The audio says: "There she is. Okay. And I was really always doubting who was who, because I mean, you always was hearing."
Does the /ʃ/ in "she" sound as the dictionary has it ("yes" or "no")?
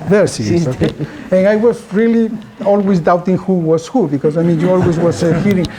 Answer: no